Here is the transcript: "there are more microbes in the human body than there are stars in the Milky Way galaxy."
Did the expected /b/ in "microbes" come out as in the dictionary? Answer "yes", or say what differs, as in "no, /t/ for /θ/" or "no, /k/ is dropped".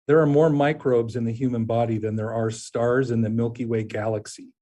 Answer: yes